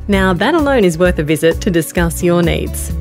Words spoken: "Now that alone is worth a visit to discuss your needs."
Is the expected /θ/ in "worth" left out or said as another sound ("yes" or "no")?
no